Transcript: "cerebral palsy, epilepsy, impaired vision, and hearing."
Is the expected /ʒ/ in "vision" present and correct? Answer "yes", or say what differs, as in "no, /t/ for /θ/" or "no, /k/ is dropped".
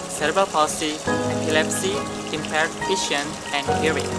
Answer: no, /ʃ/ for /ʒ/